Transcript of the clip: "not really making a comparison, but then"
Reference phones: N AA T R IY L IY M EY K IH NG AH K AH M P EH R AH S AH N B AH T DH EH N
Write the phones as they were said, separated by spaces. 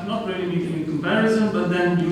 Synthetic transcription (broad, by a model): N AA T R IY L IY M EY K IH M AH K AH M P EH R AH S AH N B AH T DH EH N